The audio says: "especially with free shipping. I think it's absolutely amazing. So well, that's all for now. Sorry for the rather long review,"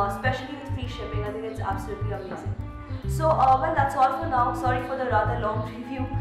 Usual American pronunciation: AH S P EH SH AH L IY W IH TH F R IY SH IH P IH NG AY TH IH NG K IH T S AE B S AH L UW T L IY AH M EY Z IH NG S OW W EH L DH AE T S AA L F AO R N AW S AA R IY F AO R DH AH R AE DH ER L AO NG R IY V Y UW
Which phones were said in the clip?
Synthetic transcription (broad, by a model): S P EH SH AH L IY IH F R IY SH IH P IH NG AY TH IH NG IH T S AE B S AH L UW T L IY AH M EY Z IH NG S OW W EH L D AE T S AA L F AO R N AW S AA R IY F AO R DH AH R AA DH ER L AO NG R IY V Y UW